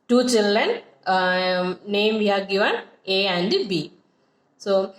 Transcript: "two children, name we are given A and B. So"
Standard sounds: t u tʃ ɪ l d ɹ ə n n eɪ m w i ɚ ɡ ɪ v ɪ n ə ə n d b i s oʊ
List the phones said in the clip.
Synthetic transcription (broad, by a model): t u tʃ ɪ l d ə n n eɪ m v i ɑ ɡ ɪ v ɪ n ə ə n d b i s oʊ